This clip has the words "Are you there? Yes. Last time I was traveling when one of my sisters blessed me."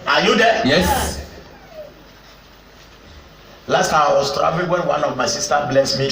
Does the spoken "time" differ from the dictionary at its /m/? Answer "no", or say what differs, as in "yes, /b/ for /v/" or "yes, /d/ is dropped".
yes, /m/ is dropped